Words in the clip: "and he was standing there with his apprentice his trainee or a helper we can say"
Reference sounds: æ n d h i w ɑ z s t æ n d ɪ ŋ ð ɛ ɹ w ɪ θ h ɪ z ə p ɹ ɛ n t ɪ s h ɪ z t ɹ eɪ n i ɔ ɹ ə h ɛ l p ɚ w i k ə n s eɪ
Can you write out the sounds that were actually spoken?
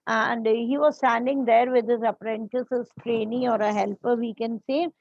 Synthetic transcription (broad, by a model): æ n d h i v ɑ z s t æ n d ɪ ŋ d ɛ ɹ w ɪ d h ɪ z ə p ɹ ɛ n t ɪ s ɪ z t ɹ eɪ n i ɔ ɹ ə h ɛ l p ɚ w i k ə n s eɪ